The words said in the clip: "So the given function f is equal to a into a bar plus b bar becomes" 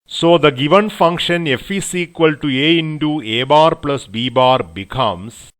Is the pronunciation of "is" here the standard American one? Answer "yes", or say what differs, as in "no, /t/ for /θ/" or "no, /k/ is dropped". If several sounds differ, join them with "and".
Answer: no, /s/ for /z/